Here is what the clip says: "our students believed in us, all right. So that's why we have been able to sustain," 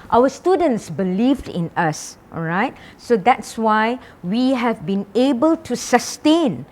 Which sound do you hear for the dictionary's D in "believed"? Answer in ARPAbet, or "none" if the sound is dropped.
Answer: D